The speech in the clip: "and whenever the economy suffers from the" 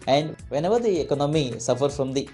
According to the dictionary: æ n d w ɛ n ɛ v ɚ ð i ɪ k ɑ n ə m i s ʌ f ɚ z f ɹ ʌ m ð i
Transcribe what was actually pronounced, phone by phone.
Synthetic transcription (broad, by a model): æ n d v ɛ n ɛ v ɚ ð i ɪ k ɑ n ə m i s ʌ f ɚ f ɹ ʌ m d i